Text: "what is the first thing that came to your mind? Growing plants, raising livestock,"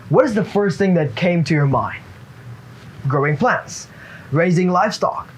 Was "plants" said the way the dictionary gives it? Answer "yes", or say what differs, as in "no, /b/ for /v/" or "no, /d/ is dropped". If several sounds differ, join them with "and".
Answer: yes